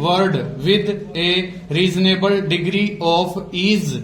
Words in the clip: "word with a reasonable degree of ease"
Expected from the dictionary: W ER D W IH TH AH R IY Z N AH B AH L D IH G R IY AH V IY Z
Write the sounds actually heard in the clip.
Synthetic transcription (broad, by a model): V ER D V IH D AH R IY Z N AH B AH L D IH G R IY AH P IY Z